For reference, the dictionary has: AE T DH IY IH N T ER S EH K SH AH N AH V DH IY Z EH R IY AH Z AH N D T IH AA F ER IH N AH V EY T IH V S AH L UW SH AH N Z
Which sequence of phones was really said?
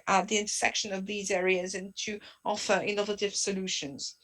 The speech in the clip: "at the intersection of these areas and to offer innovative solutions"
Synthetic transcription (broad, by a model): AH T DH IY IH N T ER S EH K SH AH N AH V DH IY Z EH R IY AH Z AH N T IH AA F ER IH N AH V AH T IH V S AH L UW SH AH N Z